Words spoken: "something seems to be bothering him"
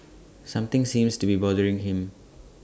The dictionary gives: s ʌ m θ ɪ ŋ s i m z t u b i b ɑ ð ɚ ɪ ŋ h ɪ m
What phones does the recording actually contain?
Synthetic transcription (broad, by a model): s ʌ m t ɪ ŋ s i m s t u b i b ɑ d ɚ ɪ ŋ h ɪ m